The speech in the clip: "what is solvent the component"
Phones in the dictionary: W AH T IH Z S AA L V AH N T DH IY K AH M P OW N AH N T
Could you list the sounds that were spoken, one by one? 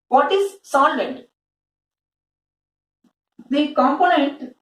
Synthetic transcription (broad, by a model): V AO T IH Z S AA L AH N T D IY K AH M P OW N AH N T